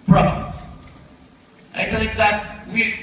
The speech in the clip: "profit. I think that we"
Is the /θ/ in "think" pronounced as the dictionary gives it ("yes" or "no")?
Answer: no